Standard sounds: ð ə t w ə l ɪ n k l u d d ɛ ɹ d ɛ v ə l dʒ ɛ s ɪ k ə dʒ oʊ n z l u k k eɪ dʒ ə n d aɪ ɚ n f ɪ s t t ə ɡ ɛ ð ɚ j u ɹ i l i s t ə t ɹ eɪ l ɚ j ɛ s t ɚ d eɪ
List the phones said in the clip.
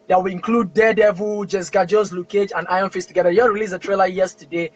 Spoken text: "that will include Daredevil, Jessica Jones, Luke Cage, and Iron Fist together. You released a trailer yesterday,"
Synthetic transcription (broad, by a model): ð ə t w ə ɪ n k l u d d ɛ d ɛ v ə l dʒ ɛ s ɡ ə dʒ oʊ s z l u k k eɪ dʒ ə n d aɪ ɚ n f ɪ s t t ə ɡ ɛ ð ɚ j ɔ ɹ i l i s ə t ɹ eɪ l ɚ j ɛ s t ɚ d eɪ